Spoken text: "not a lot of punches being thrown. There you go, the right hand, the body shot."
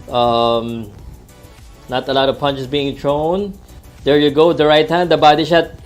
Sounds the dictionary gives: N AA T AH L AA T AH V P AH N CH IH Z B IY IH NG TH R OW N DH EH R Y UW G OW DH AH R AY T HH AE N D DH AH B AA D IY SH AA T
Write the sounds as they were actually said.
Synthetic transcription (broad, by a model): N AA T AH L AA T AH V P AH N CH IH S B IY IH NG T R OW N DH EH R Y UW G OW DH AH R AY T HH AE N D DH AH B AA D IY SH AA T